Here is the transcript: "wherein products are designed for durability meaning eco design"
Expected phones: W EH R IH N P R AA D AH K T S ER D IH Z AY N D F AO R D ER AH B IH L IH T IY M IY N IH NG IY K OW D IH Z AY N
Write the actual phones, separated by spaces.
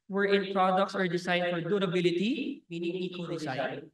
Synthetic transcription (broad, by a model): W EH R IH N P R AA D AH K T S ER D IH S AY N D F AO R D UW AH B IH L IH T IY M IY N IH NG IY K OW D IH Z AY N